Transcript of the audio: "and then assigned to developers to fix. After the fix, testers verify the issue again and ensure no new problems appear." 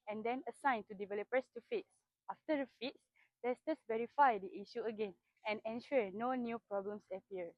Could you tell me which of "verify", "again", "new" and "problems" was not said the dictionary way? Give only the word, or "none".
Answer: problems